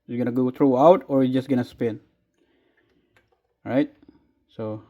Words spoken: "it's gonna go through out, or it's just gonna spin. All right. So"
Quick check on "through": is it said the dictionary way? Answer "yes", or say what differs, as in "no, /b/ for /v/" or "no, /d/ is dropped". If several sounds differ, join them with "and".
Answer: no, /t/ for /θ/